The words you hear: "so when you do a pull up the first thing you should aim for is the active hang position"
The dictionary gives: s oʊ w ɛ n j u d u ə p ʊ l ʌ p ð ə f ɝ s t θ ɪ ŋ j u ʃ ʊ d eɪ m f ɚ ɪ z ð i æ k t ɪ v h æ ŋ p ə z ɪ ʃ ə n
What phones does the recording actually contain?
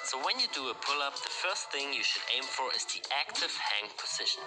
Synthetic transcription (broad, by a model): s oʊ w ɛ n j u d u ə p ʊ l ʌ p ð ə f ɝ s t θ ɪ ŋ j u ʃ ʊ d eɪ m f ɚ ɪ z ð i æ k t ɪ v h æ ŋ p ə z ɪ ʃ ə n